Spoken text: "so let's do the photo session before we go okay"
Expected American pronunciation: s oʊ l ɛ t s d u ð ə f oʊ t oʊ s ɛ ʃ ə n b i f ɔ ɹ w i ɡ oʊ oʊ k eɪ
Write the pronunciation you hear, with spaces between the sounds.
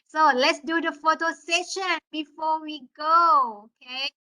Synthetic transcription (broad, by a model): s oʊ l ɛ t s d u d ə f oʊ t oʊ s ɛ ʃ ə n b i f ɔ w i ɡ oʊ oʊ k eɪ